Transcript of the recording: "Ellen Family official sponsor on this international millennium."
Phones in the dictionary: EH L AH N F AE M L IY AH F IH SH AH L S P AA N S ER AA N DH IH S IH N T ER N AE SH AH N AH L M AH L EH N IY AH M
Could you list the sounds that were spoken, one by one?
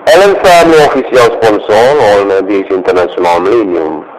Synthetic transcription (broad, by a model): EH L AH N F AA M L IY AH F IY S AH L S P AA N S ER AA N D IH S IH N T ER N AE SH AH N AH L M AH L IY N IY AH M